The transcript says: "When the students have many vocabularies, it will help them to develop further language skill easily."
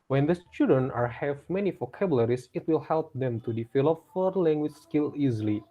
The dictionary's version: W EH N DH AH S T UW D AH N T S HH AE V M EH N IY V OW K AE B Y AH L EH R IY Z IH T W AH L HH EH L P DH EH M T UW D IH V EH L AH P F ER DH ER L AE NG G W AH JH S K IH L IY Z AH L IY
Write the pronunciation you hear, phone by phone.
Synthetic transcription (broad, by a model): W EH N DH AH S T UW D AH N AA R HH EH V M EH N IY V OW K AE B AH L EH R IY S IH T W AH L HH EH L P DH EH M T UW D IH F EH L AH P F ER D L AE NG G W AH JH S K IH L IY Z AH L IY